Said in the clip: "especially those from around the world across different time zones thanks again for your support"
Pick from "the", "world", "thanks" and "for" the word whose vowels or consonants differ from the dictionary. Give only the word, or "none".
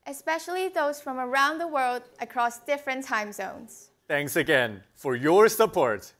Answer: none